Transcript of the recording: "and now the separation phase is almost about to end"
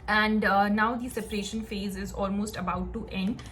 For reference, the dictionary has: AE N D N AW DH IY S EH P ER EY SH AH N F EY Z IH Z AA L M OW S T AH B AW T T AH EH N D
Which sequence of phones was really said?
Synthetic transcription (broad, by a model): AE N D N AW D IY S EH P ER EY SH AH N F EY Z IH Z AA L M OW S T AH B AW T T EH N D